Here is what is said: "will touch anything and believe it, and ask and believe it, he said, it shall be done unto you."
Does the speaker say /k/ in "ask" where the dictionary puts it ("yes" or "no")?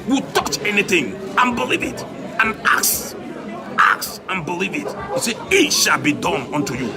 no